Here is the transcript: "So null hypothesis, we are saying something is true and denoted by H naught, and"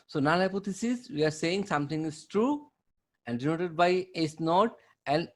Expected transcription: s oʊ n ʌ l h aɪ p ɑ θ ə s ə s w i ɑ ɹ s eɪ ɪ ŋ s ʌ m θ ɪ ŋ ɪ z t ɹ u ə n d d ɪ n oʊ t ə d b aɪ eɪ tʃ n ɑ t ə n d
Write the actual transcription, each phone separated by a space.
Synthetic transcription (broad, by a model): s oʊ n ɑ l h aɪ p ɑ t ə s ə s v i ɑ ɹ s eɪ ɪ ŋ s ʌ m t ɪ ŋ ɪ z t ɹ u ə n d d ɪ n oʊ t ə d b aɪ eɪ s n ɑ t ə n